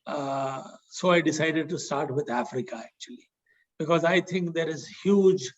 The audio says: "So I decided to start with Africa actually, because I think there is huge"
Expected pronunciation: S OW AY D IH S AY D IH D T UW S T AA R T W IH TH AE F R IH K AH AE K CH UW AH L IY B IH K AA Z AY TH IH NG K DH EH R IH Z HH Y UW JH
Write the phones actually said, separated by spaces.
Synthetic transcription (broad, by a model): S OW AY D IH S AY D IH D T UW S T AA R T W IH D AE F R IH K AH AE K CH UW AH L IY B IH K AA Z AY T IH NG K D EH R IH Z HH Y UW JH